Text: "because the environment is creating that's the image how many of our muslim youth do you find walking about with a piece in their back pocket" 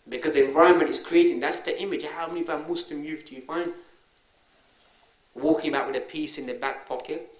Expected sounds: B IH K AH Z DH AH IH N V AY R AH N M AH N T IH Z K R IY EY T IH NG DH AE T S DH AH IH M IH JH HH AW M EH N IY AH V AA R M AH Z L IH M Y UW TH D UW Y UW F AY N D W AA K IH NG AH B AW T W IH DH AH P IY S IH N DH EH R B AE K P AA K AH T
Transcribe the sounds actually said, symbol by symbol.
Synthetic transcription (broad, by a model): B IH K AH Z DH AH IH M V AY R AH M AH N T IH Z K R IY EY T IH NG DH AE T S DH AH IH M IH JH HH AW M EH N IY AH V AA M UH S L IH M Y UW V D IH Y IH F AY N D W AA K IH NG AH UH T W IH DH AH P IY S IH N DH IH B AE K P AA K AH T